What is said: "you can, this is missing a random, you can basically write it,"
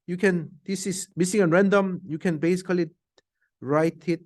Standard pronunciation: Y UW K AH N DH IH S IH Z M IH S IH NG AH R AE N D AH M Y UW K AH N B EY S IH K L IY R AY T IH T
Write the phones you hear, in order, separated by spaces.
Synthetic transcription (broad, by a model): Y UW K AH N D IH S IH S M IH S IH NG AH R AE N D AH M Y UW K AH N B EY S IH K L IY R AY T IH T